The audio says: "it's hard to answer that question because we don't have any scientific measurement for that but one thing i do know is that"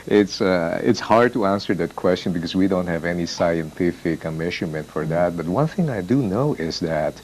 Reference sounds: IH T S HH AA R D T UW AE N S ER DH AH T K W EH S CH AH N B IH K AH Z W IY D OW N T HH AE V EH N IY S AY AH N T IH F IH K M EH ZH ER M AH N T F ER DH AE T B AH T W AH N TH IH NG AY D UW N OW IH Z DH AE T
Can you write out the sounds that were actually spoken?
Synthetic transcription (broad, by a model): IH T S HH AA R D T UW AE N S ER DH AH T K W EH S CH AH N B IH K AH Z W IY D OW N T HH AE V EH N IY S AY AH N T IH F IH K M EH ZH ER M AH N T F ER DH AE T B AH T W AH N TH IH NG AY D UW N OW IH Z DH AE T